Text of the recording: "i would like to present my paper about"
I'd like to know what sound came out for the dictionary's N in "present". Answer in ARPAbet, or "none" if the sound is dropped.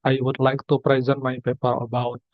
N